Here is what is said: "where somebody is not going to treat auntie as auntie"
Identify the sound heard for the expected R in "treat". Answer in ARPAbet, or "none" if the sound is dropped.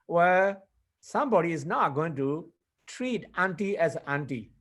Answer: R